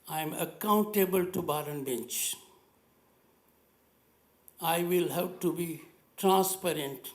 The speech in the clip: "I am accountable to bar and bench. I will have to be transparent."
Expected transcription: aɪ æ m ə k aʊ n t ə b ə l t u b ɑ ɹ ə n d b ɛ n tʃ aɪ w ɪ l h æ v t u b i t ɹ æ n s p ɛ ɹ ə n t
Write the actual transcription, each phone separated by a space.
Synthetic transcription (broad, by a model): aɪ m ə k aʊ n t ə b ə l t u b ɑ ɹ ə n b ɛ n tʃ aɪ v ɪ l h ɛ p t u b i t ɹ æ n s p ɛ ɹ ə n t